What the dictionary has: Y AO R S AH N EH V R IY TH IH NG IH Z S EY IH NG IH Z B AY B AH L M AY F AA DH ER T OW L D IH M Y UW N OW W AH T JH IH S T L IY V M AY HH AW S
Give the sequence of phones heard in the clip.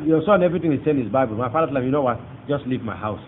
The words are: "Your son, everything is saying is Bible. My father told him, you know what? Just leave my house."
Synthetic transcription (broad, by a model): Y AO S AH N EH V R IY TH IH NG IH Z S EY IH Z B AY B AH L M AY F AA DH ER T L IH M Y UW N OW W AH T JH IH S T L IY V M AY HH AW S